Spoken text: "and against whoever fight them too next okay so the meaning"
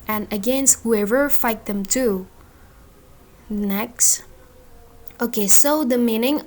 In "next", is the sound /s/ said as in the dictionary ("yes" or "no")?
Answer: yes